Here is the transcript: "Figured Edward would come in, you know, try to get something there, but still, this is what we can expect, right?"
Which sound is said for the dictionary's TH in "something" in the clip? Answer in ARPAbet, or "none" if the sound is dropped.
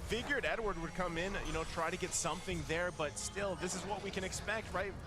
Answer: TH